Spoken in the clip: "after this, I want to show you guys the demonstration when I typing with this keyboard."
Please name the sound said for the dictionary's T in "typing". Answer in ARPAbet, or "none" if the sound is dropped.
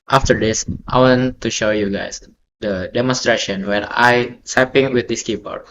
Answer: S